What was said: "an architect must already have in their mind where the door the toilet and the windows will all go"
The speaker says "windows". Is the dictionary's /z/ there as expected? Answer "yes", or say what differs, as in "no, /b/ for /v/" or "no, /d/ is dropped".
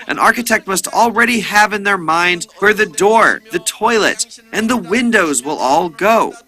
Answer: yes